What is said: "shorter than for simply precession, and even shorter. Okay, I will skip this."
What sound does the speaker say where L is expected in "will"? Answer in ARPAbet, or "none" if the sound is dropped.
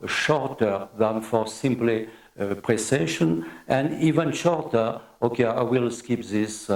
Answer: L